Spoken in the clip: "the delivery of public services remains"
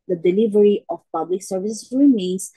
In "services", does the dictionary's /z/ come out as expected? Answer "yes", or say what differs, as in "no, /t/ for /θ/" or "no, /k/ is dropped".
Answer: no, /s/ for /z/